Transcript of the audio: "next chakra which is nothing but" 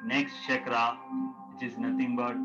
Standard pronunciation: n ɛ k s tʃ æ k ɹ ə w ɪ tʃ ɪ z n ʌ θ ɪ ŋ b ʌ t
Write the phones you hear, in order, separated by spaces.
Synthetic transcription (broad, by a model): n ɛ k s tʃ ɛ k ɹ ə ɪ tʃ ɪ z n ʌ t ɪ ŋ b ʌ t